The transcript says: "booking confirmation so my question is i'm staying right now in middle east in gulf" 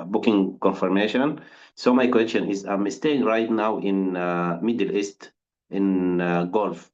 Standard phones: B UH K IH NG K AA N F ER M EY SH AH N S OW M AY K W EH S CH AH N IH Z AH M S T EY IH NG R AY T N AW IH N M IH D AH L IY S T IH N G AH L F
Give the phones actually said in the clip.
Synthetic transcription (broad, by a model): B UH K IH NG K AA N F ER M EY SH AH N S OW M AY K W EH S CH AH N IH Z AH M S T EY IH NG R AY T N AW IH N M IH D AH L IY S T IH N G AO L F